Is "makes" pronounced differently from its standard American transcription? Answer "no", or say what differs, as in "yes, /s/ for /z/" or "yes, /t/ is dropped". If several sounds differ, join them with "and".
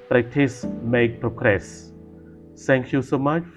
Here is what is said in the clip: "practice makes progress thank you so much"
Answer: yes, /s/ is dropped